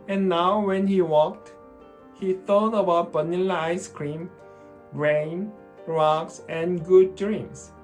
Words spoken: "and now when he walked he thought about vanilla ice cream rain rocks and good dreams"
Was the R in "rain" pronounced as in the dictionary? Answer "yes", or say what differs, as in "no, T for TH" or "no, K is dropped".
yes